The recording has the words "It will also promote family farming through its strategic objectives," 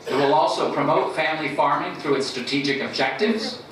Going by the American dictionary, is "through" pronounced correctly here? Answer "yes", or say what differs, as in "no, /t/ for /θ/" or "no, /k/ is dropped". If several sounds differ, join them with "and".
yes